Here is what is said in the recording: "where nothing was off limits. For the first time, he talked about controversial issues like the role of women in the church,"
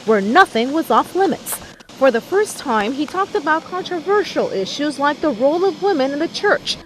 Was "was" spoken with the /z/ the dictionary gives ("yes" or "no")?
yes